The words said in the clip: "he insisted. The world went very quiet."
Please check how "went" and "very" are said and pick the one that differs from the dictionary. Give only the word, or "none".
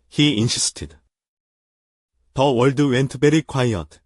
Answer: very